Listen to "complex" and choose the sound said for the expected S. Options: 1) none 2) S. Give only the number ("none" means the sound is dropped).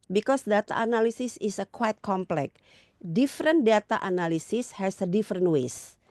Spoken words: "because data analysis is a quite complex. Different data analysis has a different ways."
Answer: 1